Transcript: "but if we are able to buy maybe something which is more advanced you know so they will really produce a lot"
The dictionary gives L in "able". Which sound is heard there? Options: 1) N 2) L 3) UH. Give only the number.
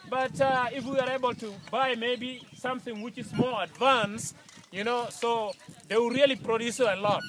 2